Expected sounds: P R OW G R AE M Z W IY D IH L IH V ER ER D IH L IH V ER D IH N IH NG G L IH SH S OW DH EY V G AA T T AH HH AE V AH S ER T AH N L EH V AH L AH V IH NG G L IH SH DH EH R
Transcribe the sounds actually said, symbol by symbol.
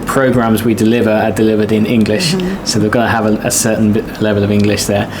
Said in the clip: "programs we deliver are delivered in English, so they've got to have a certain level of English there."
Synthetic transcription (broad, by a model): P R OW G R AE M Z W IY D IH L IH V ER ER D IH L IH V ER D IH N IH NG G L IH SH S OW DH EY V G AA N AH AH V AH S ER T N L EH V AH L AH V IH NG G L IH SH DH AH